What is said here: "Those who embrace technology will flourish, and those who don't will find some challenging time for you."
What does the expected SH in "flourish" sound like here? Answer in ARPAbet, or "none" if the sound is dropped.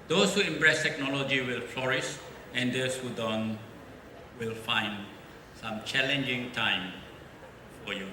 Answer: S